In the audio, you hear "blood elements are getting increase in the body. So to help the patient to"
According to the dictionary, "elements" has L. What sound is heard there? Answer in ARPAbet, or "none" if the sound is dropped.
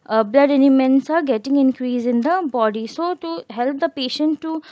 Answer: N